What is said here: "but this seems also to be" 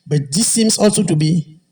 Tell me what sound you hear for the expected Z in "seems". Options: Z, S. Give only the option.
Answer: S